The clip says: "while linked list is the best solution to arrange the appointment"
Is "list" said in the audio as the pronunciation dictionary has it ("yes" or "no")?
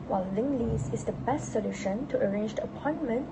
no